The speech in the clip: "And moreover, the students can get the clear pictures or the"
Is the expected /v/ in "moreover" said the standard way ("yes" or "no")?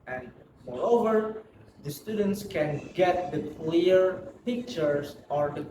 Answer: yes